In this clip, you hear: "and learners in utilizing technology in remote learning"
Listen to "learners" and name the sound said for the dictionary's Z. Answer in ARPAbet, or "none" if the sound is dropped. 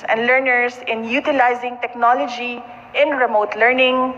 S